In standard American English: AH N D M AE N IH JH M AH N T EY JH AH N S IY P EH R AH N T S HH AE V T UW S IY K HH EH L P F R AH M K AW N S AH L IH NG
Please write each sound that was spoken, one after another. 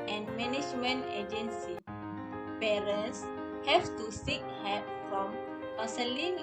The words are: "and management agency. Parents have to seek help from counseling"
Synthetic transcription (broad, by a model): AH N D M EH N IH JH M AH N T EY JH AH N S IY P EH R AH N S HH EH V T UW S IY K HH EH P F R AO M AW S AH L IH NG